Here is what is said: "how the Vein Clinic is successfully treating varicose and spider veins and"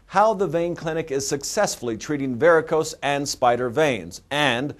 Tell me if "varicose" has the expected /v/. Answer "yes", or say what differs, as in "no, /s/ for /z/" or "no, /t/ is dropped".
yes